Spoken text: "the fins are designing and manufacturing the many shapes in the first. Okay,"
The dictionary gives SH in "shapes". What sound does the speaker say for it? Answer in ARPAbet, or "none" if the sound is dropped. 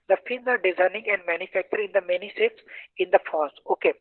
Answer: S